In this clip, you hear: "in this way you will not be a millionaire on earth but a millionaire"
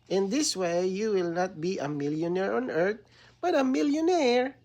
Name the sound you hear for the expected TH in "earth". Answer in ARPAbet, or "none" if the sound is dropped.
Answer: T